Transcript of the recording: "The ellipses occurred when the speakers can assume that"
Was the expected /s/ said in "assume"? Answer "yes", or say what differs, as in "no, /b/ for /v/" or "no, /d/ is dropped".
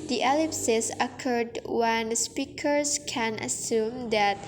yes